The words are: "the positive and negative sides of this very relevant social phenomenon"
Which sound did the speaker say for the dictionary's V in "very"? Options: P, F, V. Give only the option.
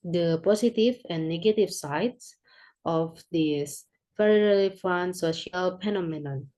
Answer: F